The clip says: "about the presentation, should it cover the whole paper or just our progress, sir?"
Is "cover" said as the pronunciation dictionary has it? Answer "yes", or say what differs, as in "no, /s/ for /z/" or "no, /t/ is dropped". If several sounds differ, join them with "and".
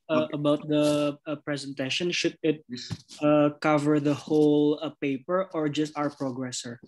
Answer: yes